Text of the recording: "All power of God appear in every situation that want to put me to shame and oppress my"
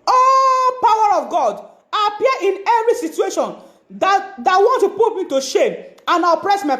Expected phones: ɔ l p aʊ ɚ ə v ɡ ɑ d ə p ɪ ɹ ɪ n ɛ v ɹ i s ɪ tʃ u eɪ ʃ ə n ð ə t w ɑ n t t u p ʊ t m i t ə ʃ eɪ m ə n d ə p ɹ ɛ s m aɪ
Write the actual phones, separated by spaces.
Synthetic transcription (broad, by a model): ɔ p aʊ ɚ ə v ɡ ɑ d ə p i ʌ ɪ n ɛ v ɹ i s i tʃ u eɪ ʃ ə n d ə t w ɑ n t t u p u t m i t ə ʃ eɪ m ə n ə p ɹ ɛ s m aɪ